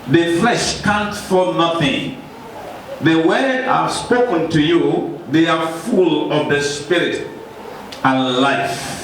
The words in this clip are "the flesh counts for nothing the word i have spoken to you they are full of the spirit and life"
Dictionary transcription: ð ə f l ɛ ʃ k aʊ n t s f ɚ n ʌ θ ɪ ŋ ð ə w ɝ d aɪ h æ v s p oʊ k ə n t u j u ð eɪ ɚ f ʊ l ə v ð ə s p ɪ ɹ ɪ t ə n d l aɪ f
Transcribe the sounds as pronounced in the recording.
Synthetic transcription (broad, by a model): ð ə f l ɛ ʃ k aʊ n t f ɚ n ʌ θ ɪ ŋ ð ə w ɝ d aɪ s p oʊ k ə n t u j u ð eɪ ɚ f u l ə v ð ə s p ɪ ɹ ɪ t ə n l aɪ f